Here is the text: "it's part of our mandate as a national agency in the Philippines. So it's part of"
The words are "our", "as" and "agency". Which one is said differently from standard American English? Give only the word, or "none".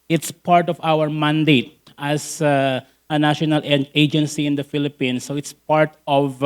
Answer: as